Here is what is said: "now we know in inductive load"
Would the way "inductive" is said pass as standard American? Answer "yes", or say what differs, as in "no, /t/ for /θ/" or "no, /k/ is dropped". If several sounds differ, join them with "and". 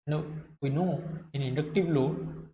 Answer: no, /w/ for /v/